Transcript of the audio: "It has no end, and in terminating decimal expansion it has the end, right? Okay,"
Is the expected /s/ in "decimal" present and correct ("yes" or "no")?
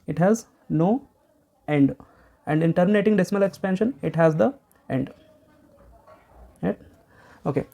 yes